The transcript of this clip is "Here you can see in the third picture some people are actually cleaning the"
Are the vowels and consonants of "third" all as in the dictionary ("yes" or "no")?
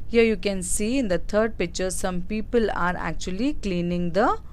no